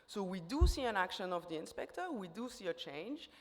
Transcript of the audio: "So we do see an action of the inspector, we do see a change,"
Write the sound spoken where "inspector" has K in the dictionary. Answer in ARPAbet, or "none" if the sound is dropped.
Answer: K